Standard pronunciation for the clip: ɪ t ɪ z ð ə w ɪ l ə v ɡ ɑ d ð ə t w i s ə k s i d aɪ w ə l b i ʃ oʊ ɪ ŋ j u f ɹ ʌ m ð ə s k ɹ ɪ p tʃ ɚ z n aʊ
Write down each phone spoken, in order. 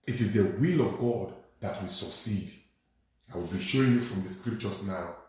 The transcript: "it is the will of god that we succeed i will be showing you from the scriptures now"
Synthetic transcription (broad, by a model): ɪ t ɪ z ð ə w ɪ l ə v ɡ ɑ d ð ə t w i s ə k s i d aɪ w ə l b i ʃ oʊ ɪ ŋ j u f ɹ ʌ m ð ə s k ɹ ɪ p tʃ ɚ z n aʊ